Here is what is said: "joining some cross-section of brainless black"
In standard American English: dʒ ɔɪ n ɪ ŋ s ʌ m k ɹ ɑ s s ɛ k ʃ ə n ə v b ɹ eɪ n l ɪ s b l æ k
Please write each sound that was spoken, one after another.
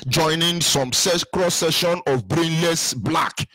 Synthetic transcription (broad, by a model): dʒ ɔɪ n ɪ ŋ s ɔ m k ɹ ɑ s s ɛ ʃ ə n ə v b ɹ eɪ n l ɪ s b l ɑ k